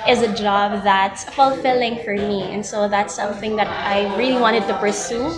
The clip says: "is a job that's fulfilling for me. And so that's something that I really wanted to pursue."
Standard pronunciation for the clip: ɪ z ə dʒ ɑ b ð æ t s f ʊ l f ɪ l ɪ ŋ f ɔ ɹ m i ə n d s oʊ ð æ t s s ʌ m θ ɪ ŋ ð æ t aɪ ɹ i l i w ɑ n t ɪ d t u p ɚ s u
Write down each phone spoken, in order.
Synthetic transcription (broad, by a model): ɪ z ə dʒ ɑ b ð æ t s f ʊ l f ɪ l ɪ ŋ f ɔ ɹ m i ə n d s oʊ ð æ t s s ʌ m θ ɪ ŋ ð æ t aɪ ɹ i l i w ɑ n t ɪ d t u p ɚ s u